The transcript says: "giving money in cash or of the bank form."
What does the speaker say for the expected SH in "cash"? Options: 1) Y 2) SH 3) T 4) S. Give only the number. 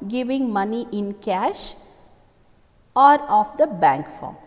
2